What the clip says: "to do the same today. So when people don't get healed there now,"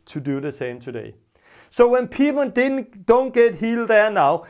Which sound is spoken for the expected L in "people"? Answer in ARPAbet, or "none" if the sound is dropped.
N